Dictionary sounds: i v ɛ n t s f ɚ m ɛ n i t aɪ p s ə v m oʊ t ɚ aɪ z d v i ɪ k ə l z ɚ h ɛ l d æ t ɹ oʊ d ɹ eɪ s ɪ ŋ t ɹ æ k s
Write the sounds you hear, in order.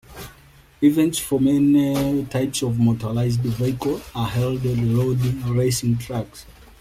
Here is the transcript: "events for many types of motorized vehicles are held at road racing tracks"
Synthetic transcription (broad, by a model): i v ɛ n t s f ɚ m ɛ n i t aɪ p s ə v m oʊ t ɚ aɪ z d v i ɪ k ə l ɚ h ɛ l d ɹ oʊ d ɹ eɪ s ɪ ŋ t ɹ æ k s